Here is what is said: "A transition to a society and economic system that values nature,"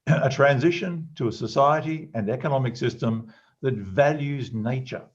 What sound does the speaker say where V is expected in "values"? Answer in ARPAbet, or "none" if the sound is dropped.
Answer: V